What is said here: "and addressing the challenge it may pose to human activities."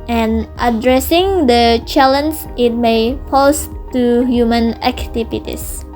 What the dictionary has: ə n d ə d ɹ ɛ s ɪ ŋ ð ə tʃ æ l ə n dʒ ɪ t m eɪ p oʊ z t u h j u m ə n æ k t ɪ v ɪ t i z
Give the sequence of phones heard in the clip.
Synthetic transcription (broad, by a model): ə n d ə d ɹ ɛ s ɪ ŋ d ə tʃ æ l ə n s ɪ t m eɪ f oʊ s t u h j u m ə n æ k t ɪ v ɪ t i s